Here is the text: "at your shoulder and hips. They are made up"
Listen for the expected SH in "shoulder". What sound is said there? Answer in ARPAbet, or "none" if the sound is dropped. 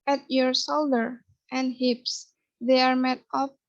S